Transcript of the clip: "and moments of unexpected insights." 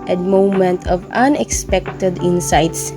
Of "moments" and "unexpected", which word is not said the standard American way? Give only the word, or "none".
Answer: moments